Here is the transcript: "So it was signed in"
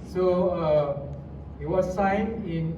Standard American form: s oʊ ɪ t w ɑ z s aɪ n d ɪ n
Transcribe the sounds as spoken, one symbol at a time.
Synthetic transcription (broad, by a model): s oʊ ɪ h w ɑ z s aɪ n ɪ n